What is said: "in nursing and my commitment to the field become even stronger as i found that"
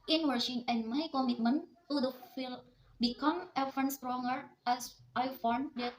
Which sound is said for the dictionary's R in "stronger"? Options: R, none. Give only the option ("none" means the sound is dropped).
R